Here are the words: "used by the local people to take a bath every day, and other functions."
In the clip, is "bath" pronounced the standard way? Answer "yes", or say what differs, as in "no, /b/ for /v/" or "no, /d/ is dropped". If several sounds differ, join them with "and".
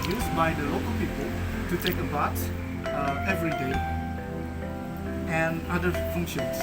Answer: no, /s/ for /θ/